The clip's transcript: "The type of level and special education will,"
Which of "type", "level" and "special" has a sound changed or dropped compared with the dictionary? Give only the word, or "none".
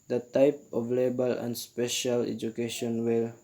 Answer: level